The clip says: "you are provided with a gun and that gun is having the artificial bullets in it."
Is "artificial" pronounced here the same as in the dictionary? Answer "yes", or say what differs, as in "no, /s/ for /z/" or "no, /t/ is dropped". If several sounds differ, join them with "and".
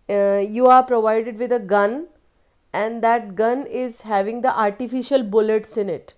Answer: yes